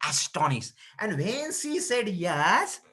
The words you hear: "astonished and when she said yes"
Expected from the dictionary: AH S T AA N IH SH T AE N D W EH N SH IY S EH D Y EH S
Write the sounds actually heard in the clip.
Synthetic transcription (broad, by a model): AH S T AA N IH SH T AE N D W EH N S IY S EH D Y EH S